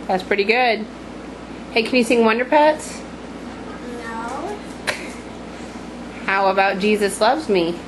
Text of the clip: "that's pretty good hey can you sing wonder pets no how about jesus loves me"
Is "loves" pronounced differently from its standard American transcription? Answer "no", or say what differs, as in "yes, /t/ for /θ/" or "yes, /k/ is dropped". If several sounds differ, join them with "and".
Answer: no